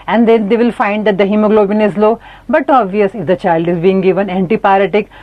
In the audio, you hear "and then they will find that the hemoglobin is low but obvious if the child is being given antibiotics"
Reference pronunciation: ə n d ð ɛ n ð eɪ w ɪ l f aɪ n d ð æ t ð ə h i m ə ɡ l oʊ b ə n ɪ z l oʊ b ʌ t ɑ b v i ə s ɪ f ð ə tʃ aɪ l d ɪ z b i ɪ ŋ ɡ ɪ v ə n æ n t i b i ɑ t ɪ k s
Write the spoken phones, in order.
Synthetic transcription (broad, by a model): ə n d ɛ n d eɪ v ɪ l f aɪ n d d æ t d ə h i m ə ɡ l oʊ b ə n ɪ z l oʊ b ʌ t ɑ b v i ə s ɪ f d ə tʃ aɪ l d ɪ z b i ɪ ŋ ɡ ɪ v ə n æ n t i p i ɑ t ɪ k